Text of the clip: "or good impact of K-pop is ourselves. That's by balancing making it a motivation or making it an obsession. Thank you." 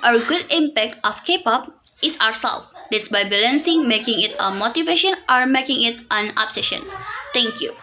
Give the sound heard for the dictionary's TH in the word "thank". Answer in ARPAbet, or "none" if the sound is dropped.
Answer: T